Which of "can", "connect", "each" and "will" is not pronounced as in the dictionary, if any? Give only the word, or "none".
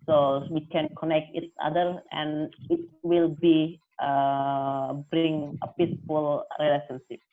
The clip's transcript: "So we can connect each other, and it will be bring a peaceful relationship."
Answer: each